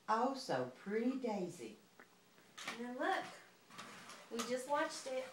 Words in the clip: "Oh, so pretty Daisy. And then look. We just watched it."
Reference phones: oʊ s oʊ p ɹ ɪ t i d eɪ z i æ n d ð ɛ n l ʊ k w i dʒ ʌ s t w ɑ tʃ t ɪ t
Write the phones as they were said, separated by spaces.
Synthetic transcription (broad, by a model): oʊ s oʊ p ɹ ɪ t i d eɪ z i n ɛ l ʊ k w i dʒ ʌ s t w ɑ tʃ t ɪ t